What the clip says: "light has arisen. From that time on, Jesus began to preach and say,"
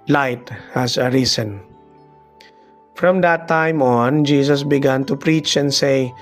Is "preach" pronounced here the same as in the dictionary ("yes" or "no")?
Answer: yes